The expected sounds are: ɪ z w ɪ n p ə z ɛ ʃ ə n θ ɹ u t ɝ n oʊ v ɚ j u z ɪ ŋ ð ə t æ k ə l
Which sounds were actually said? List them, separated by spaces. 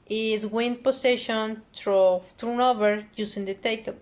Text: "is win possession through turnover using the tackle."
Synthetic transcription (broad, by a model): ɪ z w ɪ n p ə s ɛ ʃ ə n t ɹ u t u n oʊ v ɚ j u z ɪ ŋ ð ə t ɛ k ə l